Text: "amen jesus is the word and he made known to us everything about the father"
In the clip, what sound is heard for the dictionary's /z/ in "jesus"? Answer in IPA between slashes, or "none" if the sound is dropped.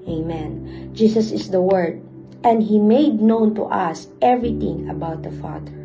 /s/